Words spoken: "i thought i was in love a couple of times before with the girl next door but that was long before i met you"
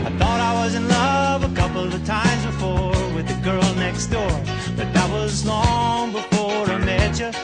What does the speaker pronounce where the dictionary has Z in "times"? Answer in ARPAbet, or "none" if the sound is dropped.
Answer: Z